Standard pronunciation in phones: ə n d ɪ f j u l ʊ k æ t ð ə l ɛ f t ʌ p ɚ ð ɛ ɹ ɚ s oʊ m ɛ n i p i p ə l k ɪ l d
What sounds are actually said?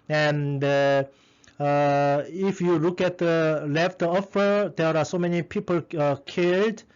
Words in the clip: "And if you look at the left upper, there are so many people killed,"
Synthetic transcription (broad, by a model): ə n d ɪ f j u l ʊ k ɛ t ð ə l ɛ f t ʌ f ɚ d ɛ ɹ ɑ s oʊ m ɛ n i p i p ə l k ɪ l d